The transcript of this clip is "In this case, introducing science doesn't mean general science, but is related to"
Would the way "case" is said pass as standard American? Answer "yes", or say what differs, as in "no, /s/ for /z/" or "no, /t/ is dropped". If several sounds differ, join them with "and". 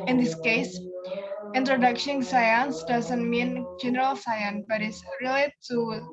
yes